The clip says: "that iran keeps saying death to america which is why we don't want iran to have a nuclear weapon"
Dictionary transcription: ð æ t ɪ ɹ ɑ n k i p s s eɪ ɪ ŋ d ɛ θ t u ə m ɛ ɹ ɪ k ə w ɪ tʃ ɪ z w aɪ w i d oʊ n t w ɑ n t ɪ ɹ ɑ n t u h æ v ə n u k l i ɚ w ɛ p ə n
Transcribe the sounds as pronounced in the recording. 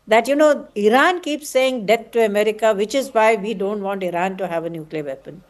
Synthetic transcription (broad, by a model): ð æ t ɪ ɹ ɑ n k i p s s eɪ ɪ ŋ d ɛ t t u ə m ɛ ɹ ɪ k ə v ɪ tʃ ɪ z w aɪ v i d oʊ n t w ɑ n t ɪ ɹ ɑ n t u h æ v ə n u k l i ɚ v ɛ p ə n